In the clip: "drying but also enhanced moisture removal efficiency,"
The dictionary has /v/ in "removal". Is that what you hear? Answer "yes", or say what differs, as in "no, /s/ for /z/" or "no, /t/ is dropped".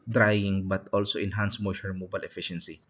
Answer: no, /b/ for /v/